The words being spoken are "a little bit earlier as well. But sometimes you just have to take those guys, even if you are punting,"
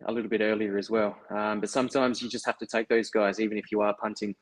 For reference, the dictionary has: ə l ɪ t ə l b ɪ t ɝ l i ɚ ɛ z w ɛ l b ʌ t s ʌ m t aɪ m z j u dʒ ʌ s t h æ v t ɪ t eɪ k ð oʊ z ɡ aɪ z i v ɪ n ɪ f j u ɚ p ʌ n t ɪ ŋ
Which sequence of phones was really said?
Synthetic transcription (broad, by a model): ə l ɪ t l b ɪ t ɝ l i ɚ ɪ z w ɛ l b ʌ t s ʌ m t aɪ m z j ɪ dʒ ʌ s t h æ f t ɪ t eɪ k ð oʊ z ɡ aɪ z i v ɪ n ɪ f j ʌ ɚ p ʌ n t ɪ ŋ